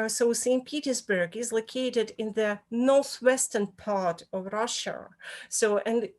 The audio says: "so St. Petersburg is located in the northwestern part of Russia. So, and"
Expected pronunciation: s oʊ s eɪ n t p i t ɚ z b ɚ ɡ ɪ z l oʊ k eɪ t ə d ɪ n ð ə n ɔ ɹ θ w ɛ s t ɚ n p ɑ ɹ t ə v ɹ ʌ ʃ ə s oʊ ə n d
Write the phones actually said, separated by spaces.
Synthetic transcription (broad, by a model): s oʊ s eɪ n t p i t ɚ z b ɚ ɡ ɪ z l oʊ k eɪ t ə d ɪ n ð ə n ɔ ɹ θ w ɛ s t ɚ n p ɑ ɹ t ə v ɹ ʌ ʃ ə s oʊ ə n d